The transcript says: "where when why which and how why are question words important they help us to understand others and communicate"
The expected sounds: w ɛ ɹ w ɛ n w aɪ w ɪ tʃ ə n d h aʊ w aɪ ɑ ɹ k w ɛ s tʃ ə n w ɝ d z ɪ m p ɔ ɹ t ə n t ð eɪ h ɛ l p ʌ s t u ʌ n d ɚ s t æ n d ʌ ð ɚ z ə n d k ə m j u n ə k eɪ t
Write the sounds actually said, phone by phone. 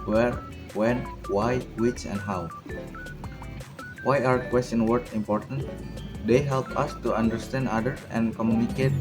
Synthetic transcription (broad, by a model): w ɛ ɹ w ɛ n w aɪ w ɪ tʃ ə n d h aʊ w aɪ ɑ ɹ k w ɛ s tʃ ə n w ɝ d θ ɪ m p ɔ ɹ t ə n t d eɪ h ɛ l p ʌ s t u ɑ n d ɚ s t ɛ n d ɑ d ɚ s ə n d k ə m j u n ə k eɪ t